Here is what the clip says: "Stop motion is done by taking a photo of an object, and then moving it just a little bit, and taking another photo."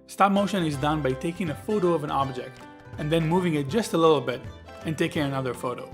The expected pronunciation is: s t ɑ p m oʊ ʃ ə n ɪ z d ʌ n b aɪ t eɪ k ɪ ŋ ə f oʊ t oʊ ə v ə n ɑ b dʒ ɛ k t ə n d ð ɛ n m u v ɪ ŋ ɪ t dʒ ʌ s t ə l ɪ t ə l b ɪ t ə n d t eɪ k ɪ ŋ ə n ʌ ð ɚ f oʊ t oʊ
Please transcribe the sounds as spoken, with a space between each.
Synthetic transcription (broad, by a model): s t ɑ p m oʊ ʃ ə n ɪ z d ʌ n b aɪ t eɪ k ɪ ŋ ə f oʊ t oʊ ə v ə n ɑ b dʒ ɛ k t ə n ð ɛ n m u v ɪ ŋ ɪ t dʒ ʌ s t ə l ɪ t l b ɪ t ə n t eɪ k ɪ ŋ ə n ʌ ð ɚ f oʊ t oʊ